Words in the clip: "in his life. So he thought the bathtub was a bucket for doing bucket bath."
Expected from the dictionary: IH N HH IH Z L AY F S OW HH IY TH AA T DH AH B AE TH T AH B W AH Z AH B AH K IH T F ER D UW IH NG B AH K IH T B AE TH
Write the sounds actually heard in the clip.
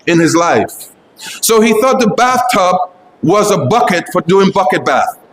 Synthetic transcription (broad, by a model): IH N IH Z L AY F S OW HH IY TH AA T DH AH B AE TH T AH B W AH Z AH B AH K IH T F ER D UW IH NG B AH K IH T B AE TH